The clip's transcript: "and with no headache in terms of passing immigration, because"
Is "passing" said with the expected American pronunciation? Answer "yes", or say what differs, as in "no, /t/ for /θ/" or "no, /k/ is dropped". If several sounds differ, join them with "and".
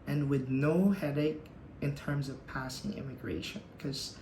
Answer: yes